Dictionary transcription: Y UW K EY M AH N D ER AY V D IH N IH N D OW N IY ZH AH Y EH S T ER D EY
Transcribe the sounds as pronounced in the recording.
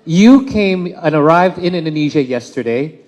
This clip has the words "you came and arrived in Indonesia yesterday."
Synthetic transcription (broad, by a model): Y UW K EY M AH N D ER AY V D IH N IH N D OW N IY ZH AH Y EH S T ER D EY